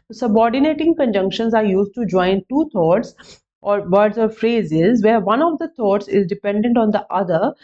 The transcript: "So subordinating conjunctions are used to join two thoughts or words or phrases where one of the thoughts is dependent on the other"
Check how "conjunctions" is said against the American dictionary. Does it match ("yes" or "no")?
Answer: yes